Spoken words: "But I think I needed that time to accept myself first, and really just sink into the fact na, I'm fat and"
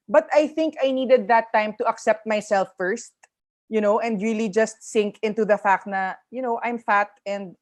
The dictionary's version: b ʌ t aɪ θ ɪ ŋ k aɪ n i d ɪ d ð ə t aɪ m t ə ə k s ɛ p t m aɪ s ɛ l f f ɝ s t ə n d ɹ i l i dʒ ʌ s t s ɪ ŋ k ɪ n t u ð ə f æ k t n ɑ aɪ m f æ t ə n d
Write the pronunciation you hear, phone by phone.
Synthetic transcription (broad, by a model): b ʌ t aɪ θ ɪ ŋ k aɪ n i d ɪ d ð ə t aɪ m t ə ə k s ɛ p t m aɪ s ɛ l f f ɝ s t ə n d ɹ i l i dʒ ʌ s t s ɪ ŋ k ɪ n t u ð ə f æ k t n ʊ aɪ m f æ t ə n d